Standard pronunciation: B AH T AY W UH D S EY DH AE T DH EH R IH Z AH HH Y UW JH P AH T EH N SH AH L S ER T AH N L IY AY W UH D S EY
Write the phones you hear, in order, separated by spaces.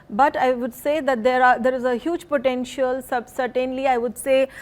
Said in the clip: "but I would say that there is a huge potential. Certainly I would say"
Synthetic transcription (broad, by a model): B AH T AY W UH D S EY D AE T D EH R IH Z AH HH Y UW JH P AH T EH N SH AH L S ER T AH N L IY AY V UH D S EY